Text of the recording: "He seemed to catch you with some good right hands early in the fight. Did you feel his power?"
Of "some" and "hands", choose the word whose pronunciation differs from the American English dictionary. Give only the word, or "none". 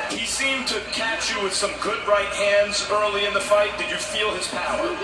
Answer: none